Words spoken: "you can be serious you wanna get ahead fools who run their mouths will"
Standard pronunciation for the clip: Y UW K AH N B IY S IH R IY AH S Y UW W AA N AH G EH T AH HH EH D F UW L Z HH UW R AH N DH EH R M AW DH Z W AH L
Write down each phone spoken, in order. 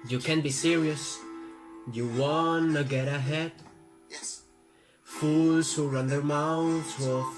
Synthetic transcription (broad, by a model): Y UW K AH N B IY S IH R IY AH S Y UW W AA N AH G EH T AH HH EH D F UW L Z HH UW R AH N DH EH R M AW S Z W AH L